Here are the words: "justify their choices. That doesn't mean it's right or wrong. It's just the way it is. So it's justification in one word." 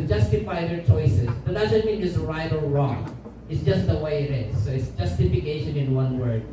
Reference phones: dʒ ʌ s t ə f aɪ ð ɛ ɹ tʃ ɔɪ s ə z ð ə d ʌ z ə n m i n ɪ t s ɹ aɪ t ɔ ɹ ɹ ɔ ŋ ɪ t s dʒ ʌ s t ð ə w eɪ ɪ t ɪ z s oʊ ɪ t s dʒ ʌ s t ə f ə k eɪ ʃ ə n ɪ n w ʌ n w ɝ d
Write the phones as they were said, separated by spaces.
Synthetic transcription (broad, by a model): dʒ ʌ s t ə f aɪ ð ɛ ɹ tʃ ɔɪ s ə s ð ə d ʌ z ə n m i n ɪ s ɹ aɪ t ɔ l ɹ ɔ ŋ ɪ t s dʒ ʌ s t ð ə w eɪ ɪ t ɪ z s oʊ ɪ t s dʒ ʌ s t ə f ə k eɪ ʃ ə n ɪ n w ʌ n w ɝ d